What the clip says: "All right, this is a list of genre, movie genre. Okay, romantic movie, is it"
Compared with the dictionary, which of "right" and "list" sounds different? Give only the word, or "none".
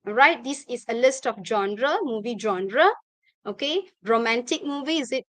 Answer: none